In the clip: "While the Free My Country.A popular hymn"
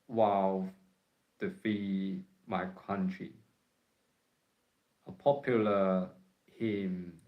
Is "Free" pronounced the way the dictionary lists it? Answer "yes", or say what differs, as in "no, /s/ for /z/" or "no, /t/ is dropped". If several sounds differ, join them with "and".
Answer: no, /ɹ/ is dropped